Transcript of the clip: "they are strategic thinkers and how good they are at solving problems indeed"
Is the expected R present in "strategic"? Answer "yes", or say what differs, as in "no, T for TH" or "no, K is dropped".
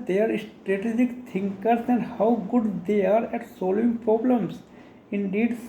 yes